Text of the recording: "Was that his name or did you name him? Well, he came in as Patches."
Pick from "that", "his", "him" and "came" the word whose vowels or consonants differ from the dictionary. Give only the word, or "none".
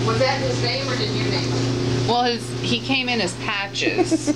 none